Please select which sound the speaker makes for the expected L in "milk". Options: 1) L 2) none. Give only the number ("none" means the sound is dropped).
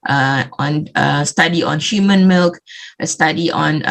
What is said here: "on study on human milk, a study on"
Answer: 1